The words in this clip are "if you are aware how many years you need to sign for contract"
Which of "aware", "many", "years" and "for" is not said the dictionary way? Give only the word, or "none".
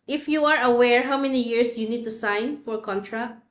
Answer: years